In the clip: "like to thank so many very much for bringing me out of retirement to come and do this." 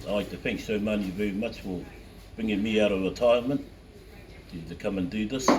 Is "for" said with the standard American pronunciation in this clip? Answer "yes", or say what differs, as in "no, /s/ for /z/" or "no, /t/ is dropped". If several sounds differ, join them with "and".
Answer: no, /l/ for /ɹ/